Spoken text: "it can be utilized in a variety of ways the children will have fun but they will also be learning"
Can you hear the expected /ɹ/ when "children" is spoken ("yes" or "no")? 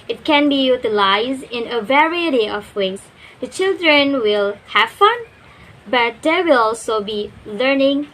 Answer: yes